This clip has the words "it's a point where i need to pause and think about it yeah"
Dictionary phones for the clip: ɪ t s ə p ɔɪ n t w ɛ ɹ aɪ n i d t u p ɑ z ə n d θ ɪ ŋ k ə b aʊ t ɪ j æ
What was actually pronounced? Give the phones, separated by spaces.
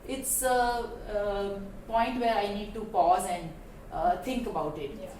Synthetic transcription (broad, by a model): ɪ t s ə p ɔɪ n t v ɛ ɹ aɪ n i d t u p ɑ z ə n d t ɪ ŋ k ə b aʊ t ɪ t